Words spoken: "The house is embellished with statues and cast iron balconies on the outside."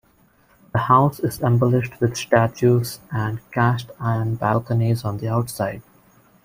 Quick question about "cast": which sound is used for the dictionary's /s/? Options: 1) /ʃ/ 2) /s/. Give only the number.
1